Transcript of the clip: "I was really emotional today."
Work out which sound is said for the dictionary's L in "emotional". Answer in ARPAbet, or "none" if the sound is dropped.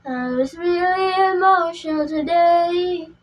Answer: N